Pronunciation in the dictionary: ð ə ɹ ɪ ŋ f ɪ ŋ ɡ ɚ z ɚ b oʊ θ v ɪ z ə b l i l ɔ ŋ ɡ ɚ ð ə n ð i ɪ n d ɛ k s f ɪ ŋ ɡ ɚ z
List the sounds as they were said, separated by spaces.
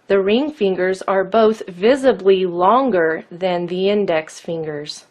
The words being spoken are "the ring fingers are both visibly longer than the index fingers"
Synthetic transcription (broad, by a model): ð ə ɹ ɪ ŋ f ɪ ŋ ɡ ɚ z ɚ b oʊ θ v ɪ z ə b l i l ɔ ŋ ɡ ɚ ð ə n ð i ɪ n d ɛ k s f ɪ ŋ ɡ ɚ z